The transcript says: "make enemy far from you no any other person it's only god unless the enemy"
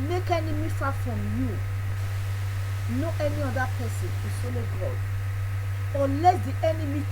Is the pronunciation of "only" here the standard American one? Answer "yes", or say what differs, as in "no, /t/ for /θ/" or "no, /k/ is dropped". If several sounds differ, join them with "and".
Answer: no, /n/ is dropped